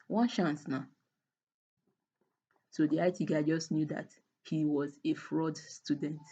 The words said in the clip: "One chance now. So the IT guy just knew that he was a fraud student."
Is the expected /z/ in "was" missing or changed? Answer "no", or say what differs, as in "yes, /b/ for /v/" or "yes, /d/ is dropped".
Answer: no